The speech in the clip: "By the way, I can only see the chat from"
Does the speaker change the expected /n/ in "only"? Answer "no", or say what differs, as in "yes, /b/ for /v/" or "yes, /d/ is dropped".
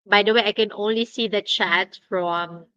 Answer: no